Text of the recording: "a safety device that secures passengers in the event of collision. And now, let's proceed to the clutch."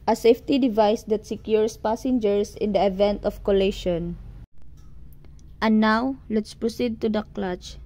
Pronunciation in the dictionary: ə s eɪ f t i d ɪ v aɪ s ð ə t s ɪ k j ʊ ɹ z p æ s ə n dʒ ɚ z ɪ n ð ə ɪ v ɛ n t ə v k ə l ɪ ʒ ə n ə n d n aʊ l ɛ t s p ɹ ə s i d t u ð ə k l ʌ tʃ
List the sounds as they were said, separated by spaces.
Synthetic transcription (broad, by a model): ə s eɪ f t i d ɪ v aɪ s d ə t s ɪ k j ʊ ɹ s p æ s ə n dʒ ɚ s ɪ n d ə ɪ v ɛ n t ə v k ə l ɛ ʃ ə n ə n n aʊ l ɛ t s p ɹ ə s i d t u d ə k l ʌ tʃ